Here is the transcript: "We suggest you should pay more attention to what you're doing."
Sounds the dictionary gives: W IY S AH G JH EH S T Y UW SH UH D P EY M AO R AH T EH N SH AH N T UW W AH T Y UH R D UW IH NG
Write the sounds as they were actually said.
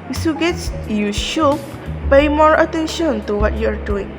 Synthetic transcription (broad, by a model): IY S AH G EH T Y UW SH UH P EY M AO R AH T EH N SH AH N T UW W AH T Y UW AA D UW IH NG